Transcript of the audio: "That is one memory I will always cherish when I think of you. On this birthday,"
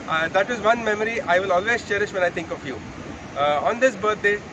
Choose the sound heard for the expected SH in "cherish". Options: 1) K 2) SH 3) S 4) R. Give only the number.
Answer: 2